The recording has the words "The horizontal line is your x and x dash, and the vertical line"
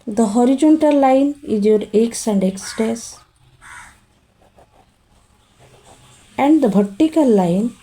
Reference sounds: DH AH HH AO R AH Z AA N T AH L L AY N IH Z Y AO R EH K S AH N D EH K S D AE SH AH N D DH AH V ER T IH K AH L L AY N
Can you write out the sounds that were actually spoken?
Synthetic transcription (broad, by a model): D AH HH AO R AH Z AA N T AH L L AY N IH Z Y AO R EH K S AH N D EH K S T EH S AH N D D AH B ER T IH K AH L L AY N